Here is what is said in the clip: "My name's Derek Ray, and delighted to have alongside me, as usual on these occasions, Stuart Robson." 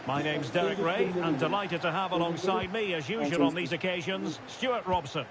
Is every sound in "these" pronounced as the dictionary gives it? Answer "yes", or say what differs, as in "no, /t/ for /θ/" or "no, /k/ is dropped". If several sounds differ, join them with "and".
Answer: yes